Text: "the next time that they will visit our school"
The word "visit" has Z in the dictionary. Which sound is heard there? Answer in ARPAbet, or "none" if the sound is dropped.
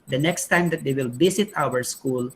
S